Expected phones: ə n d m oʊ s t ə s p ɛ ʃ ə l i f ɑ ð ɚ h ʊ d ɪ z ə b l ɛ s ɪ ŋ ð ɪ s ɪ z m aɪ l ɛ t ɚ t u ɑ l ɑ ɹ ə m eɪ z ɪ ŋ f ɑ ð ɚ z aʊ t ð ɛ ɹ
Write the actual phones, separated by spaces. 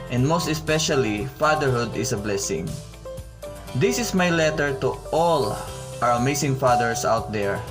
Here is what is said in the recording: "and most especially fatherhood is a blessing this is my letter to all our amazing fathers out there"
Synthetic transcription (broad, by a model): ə n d m oʊ s t ə s p ɛ ʃ ə l i f ɑ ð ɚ h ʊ d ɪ s ə b l ɛ s ɪ ŋ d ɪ s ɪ s m aɪ l ɛ t ɚ t u ɑ l ɑ ɹ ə m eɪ s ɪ ŋ f ɑ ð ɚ s aʊ t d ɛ ɹ